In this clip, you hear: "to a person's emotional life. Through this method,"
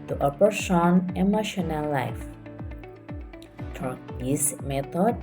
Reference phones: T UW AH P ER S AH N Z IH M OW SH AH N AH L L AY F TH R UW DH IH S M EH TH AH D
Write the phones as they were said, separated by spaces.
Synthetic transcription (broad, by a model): T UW AH P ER S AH N IH M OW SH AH N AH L L AY F F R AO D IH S M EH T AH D